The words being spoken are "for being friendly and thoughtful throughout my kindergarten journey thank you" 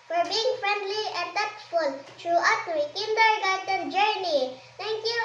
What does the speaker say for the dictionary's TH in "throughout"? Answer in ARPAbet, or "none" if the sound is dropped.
T